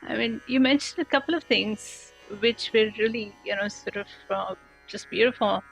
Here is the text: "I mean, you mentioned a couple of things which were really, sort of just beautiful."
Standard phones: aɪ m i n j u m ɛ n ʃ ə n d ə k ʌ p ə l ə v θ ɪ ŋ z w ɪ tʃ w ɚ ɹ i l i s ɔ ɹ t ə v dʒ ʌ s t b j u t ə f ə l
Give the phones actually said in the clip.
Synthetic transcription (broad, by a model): aɪ m i n j u m ɛ n ʃ ə n d ə k ʌ p ə l ə v t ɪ ŋ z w ɪ tʃ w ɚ l i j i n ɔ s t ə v dʒ ʌ s t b j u t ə f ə l